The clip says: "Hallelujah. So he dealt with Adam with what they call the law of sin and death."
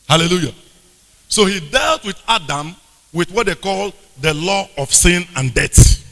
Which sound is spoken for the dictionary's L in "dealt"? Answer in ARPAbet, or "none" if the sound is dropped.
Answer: L